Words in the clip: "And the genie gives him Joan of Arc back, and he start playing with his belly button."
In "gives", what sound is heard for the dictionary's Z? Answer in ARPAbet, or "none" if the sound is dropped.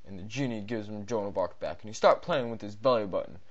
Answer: Z